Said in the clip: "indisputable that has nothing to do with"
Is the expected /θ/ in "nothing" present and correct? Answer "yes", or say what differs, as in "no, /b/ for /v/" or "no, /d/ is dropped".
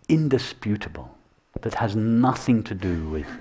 yes